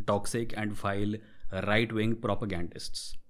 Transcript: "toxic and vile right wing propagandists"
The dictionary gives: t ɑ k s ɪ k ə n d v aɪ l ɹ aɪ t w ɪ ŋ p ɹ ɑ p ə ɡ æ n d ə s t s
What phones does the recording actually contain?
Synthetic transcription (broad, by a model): t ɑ k s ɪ k ə n d f aɪ l ɹ aɪ t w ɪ ŋ p ɹ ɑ p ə ɡ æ n d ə s t s